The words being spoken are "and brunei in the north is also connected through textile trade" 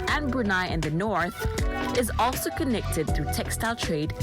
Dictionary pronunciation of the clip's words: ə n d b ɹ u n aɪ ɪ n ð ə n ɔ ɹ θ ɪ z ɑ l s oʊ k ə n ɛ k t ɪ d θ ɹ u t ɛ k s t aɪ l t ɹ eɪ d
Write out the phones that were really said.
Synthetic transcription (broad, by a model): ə n b ɹ u n aɪ ɪ n ð ə n ɔ ɹ θ ɪ z ɑ l s oʊ k ə n ɛ k t ɪ d θ ɹ u t ɛ k s t aɪ l t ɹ eɪ d